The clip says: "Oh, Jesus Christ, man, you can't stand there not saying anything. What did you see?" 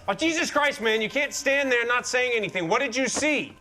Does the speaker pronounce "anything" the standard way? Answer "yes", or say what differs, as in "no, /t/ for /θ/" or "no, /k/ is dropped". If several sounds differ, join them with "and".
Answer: yes